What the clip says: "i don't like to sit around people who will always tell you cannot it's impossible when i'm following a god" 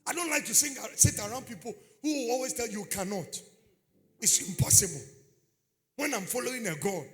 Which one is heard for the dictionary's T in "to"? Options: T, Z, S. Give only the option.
S